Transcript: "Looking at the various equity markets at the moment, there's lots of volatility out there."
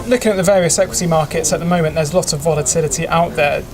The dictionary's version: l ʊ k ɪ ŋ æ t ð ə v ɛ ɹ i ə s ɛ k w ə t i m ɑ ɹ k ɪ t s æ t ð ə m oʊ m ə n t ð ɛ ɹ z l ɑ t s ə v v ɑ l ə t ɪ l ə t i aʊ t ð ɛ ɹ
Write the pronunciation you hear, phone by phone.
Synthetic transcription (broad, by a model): l ʊ k ɪ ŋ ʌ t ð ə v ɛ ɹ i ə s ɛ k w ə t i m ɑ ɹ k ɪ t s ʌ t ð ə m oʊ m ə n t ð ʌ z l ɑ t ə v v ɑ l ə t ɪ l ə t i aʊ t ð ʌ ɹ